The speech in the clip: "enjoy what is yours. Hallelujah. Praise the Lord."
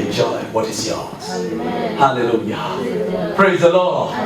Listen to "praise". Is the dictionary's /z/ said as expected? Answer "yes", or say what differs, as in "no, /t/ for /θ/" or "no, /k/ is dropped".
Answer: yes